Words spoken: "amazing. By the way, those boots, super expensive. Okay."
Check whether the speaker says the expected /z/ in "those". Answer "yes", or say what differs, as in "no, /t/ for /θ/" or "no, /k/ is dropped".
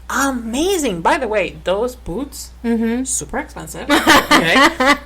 yes